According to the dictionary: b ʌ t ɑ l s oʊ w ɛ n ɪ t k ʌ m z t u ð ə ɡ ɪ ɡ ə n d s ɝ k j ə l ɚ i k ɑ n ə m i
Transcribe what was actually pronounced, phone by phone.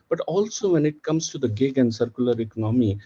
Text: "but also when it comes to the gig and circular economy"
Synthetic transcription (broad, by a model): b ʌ t ɑ l s oʊ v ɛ n ɪ t k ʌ m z t u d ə ɡ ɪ ɡ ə n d s ɝ k j ə l ɚ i k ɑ n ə m i